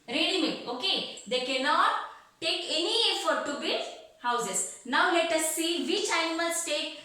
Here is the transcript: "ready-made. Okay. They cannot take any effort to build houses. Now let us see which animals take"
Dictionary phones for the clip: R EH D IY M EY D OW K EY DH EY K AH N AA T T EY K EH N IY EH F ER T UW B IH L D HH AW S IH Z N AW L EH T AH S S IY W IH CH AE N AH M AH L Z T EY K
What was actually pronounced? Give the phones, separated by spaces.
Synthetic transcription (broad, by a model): R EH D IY M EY OW K EY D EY K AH N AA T T EY K EH N IY EH F ER T UW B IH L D HH AW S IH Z N AW L EH T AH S S IY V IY CH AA AH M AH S T EY K